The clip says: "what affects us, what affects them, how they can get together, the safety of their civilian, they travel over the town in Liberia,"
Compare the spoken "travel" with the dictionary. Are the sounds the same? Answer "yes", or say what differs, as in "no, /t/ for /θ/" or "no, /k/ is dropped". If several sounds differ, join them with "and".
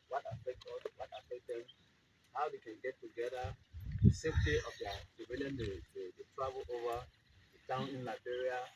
no, /b/ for /v/